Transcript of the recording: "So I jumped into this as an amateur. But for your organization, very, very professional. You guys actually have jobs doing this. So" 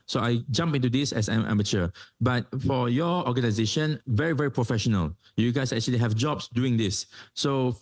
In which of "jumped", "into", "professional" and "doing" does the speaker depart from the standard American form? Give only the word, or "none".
jumped